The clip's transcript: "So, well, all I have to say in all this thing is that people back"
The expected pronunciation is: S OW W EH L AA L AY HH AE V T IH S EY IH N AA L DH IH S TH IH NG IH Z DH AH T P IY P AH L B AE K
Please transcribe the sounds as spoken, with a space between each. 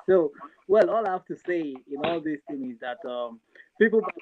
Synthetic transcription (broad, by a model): S OW W EH L AA L AY HH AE F T IH S EY IH N AA L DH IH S TH IH NG IH Z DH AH T P IY P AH L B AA